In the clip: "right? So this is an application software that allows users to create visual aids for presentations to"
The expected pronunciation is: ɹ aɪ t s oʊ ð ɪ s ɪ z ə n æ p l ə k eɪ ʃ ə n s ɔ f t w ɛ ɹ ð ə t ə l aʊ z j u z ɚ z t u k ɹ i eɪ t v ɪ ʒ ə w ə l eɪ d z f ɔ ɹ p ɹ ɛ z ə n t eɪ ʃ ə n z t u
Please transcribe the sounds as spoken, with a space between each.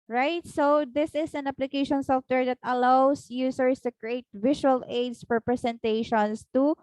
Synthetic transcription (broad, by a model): ɹ aɪ t s oʊ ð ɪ s ɪ s ə n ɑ p l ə k eɪ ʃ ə n s ɔ f t w ɛ ɹ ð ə t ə l aʊ s j u s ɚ s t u k ɹ i eɪ t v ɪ ʃ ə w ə l eɪ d s f ɔ ɹ p ɹ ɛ s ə n t eɪ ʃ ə n s t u